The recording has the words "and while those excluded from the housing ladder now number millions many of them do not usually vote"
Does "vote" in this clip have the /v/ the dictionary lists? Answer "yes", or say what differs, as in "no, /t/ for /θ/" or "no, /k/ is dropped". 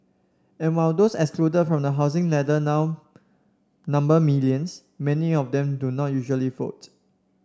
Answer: no, /f/ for /v/